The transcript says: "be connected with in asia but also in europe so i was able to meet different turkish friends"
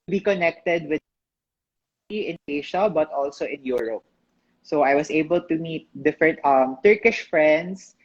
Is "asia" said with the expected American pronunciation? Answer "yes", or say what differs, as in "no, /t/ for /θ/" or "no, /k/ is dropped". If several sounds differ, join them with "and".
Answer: no, /ʃ/ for /ʒ/